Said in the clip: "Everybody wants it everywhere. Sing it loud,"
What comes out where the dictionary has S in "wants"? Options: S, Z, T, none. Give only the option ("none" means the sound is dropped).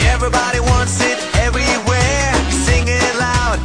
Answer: S